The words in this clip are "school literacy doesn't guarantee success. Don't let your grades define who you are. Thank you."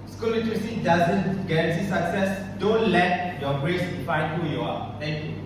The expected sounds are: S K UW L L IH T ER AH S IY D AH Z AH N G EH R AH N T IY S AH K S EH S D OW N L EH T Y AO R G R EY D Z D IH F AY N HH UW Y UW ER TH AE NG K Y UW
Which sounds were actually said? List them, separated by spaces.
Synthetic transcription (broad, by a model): S K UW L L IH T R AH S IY D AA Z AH N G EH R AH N S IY S AH K S EH S D OW N L EH T Y AO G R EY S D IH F AY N HH UW Y UW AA T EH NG K Y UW